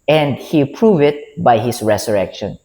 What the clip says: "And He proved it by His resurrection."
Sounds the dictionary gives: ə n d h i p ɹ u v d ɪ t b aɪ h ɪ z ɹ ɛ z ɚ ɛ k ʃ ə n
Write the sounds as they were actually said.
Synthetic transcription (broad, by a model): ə n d h i p ɹ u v ɪ t b aɪ h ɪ s ɹ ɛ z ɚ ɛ k ʃ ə n